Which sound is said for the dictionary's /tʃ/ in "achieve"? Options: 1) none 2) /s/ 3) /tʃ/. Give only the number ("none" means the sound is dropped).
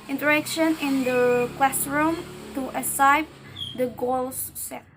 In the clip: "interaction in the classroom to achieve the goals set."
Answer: 2